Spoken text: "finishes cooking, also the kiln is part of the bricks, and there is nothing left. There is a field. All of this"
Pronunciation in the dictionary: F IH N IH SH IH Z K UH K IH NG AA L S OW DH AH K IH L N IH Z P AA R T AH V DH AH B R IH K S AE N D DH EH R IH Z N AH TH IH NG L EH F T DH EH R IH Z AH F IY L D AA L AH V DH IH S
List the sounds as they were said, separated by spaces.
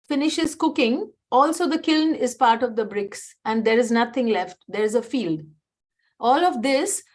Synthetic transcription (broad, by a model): F IH N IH SH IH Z K UH K IH NG AA L S OW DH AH K IH L N IH Z P AA R T AH V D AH B R IH K S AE N D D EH R IH Z N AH T IH NG L EH F T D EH R IH Z AH F IY L D AA L AH V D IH S